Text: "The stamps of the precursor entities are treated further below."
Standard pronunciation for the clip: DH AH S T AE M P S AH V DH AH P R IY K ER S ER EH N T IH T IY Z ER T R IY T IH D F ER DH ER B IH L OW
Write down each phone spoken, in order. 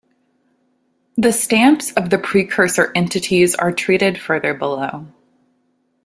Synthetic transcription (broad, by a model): DH AH S T AE M P S AH V DH AH P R IY K ER S ER EH N T IH T IY Z ER T R IY T IH D F ER DH ER B IH L OW